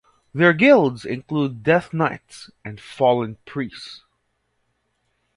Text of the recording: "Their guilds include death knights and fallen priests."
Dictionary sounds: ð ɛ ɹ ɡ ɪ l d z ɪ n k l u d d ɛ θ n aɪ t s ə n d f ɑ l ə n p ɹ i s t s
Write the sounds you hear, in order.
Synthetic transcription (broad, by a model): ð ɛ ɹ ɡ ɪ l d z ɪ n k l u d d ɛ θ n aɪ t s ə n d f ɑ l ə n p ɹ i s s